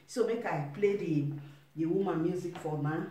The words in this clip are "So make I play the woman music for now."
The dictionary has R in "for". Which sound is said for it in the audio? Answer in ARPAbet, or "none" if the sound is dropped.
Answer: L